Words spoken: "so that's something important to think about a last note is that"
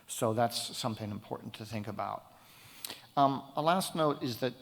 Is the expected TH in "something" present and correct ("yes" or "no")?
yes